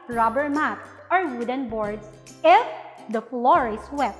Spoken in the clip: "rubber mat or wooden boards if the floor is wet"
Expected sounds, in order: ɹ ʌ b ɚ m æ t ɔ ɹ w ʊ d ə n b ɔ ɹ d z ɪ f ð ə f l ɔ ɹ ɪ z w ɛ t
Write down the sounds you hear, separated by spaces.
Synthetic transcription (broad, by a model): ɹ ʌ b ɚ m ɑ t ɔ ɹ w ʊ d ə n b ɔ ɹ d s ɪ f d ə f l ɔ ɹ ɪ s w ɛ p